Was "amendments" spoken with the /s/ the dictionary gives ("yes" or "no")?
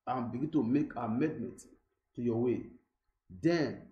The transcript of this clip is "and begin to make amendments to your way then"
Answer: no